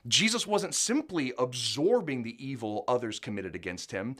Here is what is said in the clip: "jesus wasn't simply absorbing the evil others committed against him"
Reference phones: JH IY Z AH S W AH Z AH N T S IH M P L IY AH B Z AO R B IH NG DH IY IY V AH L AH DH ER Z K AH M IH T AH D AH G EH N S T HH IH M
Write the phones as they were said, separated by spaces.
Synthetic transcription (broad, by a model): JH IY Z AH S W AH Z AH N T S IH M P L IY AH B Z AO R B IH NG DH IY IY V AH L AH DH ER Z K AH M IH T AH D AH G EH N S T HH IH M